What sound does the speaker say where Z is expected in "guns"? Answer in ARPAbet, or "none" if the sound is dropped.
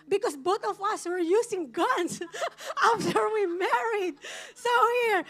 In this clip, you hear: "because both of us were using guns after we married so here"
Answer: S